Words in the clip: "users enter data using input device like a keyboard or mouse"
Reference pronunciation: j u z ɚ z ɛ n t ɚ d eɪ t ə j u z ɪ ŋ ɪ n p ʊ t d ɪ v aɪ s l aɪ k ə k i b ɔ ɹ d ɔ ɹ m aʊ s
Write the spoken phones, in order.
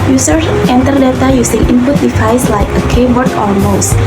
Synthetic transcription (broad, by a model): j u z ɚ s ɛ n t ɚ d eɪ t ə j u s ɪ ŋ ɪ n p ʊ t d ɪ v aɪ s l aɪ k ə k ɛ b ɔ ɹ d ɔ l m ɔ s